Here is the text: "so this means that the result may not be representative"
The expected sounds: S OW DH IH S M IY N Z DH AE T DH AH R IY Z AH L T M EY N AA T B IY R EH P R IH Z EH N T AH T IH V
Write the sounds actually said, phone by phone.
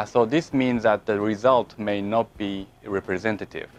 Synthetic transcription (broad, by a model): S OW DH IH S M IY N Z DH AE T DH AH R IY Z AH L T M EY N AA T B IY R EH P R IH Z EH N T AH T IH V